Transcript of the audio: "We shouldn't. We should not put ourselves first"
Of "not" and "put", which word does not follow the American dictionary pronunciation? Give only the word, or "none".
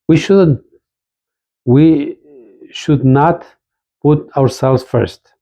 none